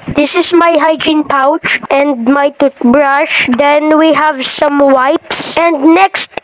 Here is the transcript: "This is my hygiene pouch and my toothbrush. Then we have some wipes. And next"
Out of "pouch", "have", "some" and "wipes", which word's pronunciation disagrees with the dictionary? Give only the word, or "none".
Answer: none